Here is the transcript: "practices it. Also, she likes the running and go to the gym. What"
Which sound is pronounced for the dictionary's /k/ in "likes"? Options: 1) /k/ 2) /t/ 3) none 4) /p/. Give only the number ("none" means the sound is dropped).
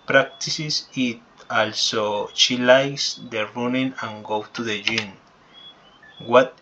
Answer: 3